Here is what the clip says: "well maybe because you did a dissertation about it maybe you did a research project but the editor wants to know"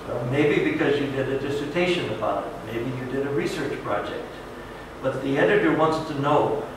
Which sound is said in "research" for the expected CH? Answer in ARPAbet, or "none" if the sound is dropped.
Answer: CH